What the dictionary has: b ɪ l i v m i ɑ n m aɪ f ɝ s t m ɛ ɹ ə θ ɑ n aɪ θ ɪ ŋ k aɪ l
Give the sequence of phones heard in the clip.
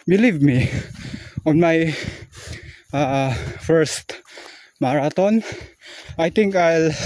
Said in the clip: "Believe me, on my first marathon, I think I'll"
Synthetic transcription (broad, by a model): b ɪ l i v m i ɑ n m aɪ f ɝ s t m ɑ ɹ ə t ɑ n aɪ t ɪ ŋ k aɪ l